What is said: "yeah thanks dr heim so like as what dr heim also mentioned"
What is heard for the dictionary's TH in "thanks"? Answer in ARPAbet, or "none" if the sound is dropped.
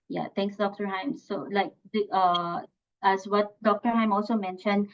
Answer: T